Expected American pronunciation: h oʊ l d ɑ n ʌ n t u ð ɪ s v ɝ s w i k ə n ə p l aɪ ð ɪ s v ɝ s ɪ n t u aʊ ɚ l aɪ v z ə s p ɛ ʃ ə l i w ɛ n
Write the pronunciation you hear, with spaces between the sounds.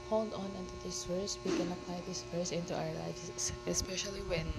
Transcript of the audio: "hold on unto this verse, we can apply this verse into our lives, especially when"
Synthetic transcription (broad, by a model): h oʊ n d ɑ n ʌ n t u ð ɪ s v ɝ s w i k ə n ə p l aɪ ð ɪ s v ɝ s ɪ n t u aʊ ɚ l aɪ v s ə s p ɛ ʃ ə l i w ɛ n